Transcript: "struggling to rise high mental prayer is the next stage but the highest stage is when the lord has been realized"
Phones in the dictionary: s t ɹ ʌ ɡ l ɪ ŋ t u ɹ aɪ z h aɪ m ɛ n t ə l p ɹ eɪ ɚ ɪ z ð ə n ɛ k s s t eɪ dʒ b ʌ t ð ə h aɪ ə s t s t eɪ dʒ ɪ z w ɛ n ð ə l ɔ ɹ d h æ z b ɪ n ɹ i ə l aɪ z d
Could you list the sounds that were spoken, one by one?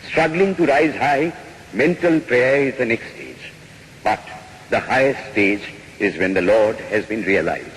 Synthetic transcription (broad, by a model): s t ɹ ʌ ɡ l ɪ ŋ t u ɹ aɪ z h aɪ m ɛ n t ə l p ɹ eɪ ɚ ɪ z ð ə n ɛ k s s t eɪ dʒ b ʌ t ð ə h aɪ ə s t s t eɪ dʒ ɪ z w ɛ n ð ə l ɔ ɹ d h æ z b ɪ n ɹ i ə l aɪ z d